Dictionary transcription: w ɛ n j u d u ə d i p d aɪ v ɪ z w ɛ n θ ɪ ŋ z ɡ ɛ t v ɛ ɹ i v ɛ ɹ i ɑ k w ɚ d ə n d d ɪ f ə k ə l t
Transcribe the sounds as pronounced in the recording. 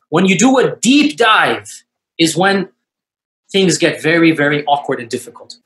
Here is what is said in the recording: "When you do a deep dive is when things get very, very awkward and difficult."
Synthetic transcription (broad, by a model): w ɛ n j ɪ d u ə d i p d aɪ v ɪ z w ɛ n θ ɪ ŋ z ɡ ɛ t v ɛ ɹ i v ɛ ɹ i ɑ k w ɚ d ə n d d ɪ f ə k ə l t